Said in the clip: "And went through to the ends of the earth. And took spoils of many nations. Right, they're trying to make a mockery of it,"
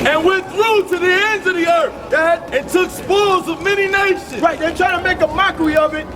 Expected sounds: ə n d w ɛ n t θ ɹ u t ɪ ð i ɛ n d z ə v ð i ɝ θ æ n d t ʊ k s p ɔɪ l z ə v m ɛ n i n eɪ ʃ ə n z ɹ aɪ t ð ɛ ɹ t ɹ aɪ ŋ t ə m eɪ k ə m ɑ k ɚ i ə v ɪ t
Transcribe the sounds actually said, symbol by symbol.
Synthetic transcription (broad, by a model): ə n w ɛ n θ ɹ u t ɪ ð i ɛ n d z ə v ð i ɝ θ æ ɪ t ʊ k s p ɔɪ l z ə v m ɛ n i n eɪ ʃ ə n ɹ aɪ t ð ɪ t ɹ aɪ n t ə m eɪ k ə m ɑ k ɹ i ə v ɪ t